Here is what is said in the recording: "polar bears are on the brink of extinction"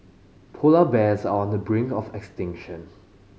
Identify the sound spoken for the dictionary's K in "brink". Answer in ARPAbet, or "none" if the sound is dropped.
none